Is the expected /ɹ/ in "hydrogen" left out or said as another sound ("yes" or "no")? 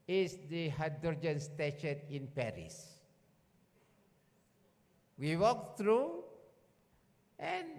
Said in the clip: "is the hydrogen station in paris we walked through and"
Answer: yes